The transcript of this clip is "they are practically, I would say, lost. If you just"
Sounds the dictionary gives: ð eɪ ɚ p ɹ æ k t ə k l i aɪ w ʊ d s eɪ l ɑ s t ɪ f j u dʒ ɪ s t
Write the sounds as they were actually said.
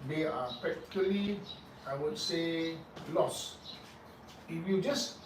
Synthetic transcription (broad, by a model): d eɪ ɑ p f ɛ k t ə l i aɪ w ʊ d s eɪ l ɑ s ɪ f j u dʒ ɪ s